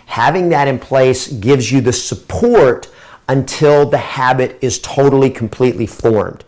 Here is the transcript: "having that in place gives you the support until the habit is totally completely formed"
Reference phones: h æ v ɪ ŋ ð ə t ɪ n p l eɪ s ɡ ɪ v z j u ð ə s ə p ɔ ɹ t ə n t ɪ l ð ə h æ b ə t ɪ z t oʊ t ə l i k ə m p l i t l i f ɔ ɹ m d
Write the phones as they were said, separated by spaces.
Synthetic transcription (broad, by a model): h æ v ɪ ŋ ð ə t ɪ n p l eɪ s ɡ ɪ v z j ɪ ð ə s ə p ɔ ɹ t ə n t ɪ l ð ə h æ b ə t ɪ z t oʊ t l i k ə m p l i t l i f ɔ ɹ m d